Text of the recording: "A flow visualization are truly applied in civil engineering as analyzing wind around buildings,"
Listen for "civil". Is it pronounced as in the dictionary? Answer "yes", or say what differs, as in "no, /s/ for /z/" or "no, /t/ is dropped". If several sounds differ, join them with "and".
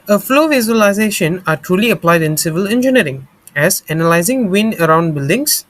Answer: yes